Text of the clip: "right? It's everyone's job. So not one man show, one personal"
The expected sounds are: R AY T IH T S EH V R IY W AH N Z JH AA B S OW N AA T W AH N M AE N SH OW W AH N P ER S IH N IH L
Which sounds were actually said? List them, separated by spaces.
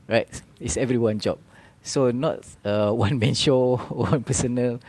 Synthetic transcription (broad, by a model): R AY T IH T S EH V R IY W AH N JH AA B S OW N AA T W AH N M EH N SH OW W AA N P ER S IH N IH L